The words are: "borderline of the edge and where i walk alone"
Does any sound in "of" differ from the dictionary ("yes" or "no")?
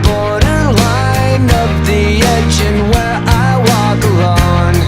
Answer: yes